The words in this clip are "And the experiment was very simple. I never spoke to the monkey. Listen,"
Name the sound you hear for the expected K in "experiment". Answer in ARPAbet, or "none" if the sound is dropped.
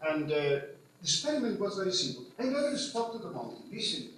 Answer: none